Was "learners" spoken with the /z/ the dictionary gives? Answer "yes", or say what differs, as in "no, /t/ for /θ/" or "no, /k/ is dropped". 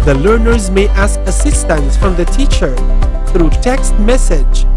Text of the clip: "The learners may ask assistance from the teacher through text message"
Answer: yes